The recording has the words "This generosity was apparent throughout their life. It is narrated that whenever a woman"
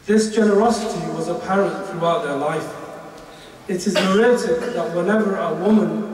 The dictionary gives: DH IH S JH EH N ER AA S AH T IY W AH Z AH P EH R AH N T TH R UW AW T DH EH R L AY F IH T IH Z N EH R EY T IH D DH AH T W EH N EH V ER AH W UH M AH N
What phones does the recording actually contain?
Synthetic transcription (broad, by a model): DH IH S JH EH N ER AA S AH T IY W AH Z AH P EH R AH N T TH R UW AW T DH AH R L AY F IH T IH Z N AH R EY T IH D DH AH T W EH N EH V ER AH W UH M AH N